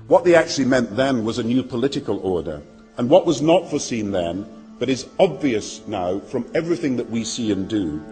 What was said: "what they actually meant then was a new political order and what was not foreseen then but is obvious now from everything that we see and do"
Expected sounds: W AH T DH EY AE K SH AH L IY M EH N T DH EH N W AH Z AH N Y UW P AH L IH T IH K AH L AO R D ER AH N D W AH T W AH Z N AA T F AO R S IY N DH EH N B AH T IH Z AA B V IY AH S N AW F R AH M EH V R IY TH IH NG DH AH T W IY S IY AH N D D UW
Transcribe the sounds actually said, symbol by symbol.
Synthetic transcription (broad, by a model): W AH T DH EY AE K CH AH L IY M EH N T DH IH N W AH Z AH N Y UW P AH L IH T IH K AH L AO R D ER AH N W AH T W AH Z N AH T F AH R S IY N DH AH N B AH T IH Z AA B V IY AH S N AW F R AH M EH V R IY TH IH NG DH AH T W IY S IY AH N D D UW